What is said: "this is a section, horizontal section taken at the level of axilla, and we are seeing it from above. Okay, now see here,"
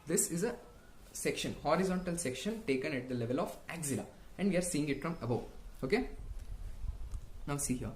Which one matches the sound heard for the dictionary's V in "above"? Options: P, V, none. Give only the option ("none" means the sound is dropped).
none